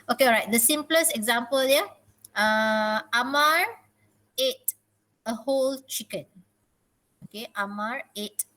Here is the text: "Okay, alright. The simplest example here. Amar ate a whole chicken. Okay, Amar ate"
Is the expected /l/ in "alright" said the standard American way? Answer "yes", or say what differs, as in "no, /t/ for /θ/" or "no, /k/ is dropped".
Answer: no, /l/ is dropped